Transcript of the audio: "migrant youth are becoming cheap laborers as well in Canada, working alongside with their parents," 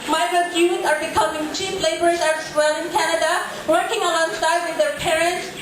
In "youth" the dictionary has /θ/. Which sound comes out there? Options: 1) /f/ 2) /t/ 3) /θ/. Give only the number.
2